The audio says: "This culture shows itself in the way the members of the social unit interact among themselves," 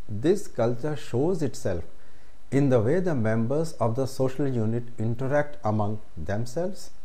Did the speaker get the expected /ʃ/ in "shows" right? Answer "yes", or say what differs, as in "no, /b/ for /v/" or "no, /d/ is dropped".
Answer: yes